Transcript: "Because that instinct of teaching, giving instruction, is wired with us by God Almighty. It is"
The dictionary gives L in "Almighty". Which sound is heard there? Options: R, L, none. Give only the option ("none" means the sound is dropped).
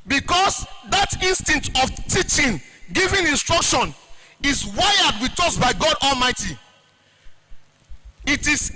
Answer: L